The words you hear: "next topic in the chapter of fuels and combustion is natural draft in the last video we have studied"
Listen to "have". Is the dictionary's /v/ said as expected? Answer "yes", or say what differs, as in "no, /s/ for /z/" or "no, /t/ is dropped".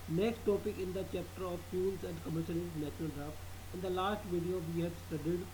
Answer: no, /b/ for /v/